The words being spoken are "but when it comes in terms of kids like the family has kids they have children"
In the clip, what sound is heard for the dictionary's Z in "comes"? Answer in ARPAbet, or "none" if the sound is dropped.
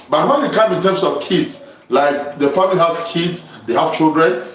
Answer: none